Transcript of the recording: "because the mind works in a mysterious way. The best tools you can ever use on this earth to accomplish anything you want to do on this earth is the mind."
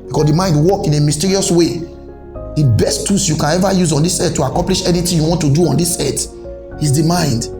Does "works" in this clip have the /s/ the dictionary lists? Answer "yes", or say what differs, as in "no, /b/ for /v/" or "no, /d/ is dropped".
no, /s/ is dropped